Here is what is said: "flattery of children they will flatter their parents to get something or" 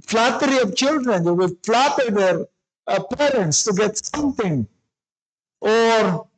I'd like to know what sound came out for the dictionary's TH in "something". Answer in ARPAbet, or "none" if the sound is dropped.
T